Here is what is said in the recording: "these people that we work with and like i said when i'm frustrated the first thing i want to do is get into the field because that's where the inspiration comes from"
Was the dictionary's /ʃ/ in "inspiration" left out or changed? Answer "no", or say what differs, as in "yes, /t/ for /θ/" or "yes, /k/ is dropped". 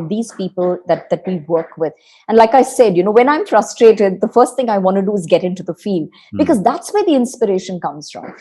no